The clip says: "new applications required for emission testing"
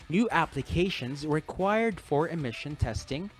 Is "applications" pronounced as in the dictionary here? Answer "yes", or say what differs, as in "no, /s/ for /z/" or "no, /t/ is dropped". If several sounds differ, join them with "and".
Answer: yes